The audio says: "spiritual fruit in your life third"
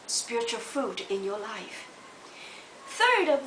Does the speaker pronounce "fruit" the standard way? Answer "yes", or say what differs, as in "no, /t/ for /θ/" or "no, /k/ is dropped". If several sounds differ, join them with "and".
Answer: no, /ɹ/ is dropped